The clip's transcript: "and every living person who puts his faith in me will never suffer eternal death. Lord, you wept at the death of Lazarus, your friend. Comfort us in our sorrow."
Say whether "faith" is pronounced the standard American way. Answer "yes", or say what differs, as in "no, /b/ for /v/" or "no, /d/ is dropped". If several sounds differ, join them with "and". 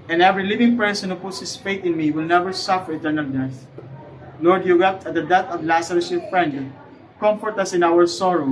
no, /t/ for /θ/